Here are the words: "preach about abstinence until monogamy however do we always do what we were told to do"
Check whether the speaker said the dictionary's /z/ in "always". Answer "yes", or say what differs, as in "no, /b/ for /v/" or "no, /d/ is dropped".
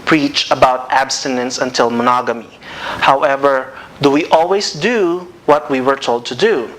no, /s/ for /z/